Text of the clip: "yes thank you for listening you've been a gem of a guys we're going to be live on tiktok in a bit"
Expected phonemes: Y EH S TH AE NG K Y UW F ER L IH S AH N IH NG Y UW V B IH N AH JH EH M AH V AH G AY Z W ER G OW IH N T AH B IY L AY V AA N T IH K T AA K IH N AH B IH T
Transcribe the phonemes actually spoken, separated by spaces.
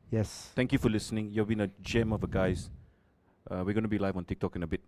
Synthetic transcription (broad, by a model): Y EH S T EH NG K Y UW F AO L IH S AH N IH NG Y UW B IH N AH JH EH M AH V AH G AY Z W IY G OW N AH B IY L AY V AA N T IH K T AA K IH N AH B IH T